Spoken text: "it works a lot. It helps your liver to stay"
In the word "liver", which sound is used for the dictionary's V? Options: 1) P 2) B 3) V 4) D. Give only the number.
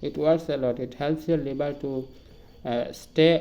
2